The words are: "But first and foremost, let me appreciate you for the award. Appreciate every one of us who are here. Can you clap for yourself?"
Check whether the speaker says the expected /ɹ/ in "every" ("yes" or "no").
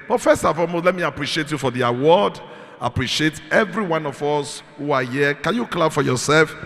yes